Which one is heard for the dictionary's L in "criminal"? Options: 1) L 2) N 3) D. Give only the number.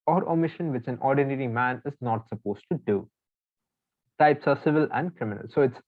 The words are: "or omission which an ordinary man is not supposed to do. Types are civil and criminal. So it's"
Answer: 1